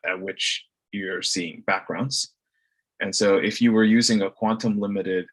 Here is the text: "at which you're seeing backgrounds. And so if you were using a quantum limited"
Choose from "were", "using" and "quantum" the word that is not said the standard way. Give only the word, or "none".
none